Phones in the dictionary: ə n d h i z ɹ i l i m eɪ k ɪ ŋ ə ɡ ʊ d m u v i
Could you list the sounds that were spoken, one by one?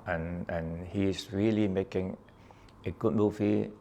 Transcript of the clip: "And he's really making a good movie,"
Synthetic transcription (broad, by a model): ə n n h i s ɹ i l i m eɪ k ɪ ŋ ə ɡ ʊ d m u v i